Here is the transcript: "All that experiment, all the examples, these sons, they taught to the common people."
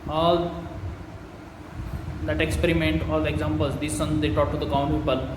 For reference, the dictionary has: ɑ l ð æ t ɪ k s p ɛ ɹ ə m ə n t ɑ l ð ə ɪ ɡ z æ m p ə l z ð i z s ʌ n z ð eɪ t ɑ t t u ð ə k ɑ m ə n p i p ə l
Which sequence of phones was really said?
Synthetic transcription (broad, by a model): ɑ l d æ t ɪ k s p ɛ ɹ ə m ə n t ɑ l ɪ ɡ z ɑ m p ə l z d i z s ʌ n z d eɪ t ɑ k t u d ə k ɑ ə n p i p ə l